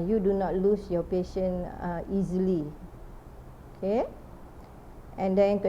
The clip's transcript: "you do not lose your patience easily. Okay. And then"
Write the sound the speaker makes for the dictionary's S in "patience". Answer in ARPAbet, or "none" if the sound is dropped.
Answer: none